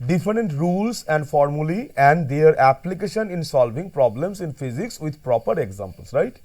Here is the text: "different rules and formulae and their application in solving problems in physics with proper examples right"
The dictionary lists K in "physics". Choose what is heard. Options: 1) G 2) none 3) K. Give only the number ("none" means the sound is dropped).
3